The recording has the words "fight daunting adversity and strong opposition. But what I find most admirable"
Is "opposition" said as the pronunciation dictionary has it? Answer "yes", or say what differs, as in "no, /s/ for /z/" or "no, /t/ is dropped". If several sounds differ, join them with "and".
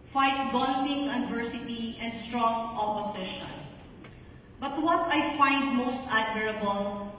no, /s/ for /z/